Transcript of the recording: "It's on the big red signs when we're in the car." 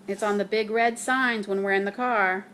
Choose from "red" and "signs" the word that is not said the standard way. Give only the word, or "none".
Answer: none